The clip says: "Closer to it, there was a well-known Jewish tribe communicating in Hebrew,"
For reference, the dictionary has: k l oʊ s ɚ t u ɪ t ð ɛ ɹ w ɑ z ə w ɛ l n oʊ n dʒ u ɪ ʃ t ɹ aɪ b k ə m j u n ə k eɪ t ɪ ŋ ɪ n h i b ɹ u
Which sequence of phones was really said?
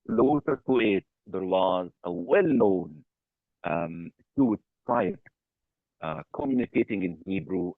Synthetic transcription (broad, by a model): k l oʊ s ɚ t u ɪ t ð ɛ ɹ w ɑ z ə w ɛ l n oʊ n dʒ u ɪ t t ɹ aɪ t k ə m j u n ə k eɪ t ɪ ŋ ɪ n h i b ɹ u